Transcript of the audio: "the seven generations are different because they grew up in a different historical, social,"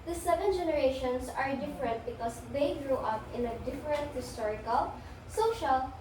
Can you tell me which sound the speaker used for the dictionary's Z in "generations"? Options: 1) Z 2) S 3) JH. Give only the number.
2